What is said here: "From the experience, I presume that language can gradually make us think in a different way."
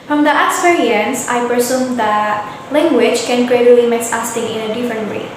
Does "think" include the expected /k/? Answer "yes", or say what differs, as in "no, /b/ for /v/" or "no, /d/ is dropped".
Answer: no, /k/ is dropped